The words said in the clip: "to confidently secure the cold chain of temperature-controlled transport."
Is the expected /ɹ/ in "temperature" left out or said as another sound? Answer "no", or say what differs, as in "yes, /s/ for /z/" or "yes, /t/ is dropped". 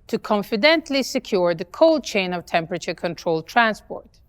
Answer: no